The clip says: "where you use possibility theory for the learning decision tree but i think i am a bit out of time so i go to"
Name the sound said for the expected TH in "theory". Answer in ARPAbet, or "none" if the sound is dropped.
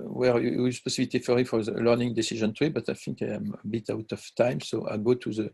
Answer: F